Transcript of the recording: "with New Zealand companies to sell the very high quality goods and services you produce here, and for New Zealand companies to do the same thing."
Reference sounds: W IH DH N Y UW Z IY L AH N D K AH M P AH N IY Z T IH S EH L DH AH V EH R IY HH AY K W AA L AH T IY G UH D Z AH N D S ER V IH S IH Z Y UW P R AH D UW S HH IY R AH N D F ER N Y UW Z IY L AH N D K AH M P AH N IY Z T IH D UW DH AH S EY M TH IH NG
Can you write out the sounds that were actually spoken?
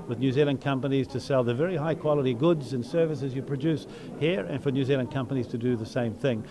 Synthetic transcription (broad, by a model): W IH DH N Y UW Z IY L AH N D K AH M P AH N IY Z T IH S EH L DH AH V EH R IY HH AY K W AA L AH T IY G UH D Z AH N S ER V IH S IH Z Y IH P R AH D UW S HH IY R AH N F ER N Y UW Z IY L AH N K AH M P AH N IY Z T IH D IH DH AH S EY M TH IH NG